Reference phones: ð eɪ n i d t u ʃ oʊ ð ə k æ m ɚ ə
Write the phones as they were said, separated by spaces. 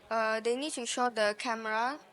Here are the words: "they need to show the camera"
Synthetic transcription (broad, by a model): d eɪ n i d t u ʃ oʊ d ə k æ m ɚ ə